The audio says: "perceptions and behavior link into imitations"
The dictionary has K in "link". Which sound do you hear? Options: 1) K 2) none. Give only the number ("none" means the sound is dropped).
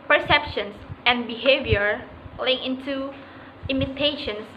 2